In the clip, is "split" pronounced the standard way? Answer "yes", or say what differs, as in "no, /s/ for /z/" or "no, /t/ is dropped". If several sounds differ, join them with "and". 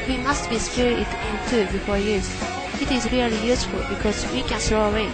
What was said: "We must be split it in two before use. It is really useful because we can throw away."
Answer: no, /l/ is dropped